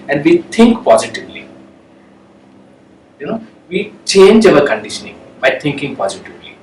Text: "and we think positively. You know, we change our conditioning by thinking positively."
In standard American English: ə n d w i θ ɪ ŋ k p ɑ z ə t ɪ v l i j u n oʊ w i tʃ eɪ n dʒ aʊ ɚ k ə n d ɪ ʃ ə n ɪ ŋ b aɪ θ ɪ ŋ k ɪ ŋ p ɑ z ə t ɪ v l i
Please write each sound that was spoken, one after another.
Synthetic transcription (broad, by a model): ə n d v i t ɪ ŋ k p ɑ z ə t ɪ v l i j u n oʊ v i tʃ eɪ n dʒ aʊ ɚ k ə n d ɪ ʃ ə n ɪ ŋ b aɪ t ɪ ŋ k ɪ ŋ p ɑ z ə t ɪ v l i